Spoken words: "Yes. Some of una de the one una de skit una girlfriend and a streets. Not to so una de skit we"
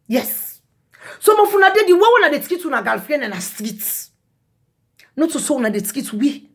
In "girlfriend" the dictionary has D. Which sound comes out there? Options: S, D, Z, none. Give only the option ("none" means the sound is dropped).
none